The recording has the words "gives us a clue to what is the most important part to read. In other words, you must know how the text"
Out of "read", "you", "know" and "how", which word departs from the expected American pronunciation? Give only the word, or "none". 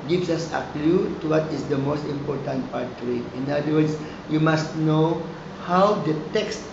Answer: read